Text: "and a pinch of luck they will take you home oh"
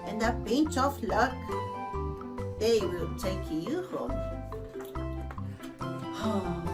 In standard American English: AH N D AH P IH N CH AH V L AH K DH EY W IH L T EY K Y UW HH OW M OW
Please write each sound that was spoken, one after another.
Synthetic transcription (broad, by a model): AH N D AH B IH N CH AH F L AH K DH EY W IH L T EY K Y UW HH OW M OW